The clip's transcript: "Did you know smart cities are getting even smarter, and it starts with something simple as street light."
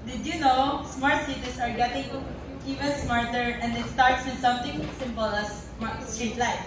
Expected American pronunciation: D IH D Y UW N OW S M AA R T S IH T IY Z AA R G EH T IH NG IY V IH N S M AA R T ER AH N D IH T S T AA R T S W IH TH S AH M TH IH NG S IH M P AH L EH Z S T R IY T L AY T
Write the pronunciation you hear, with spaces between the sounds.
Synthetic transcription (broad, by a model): D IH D Y UW N OW S M AA R T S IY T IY S AA R G EH T IH NG IY V IH N S M AA R T ER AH N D IH T S T AA R T S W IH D S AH M T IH NG S IH M P AH L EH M S T R IY T L AY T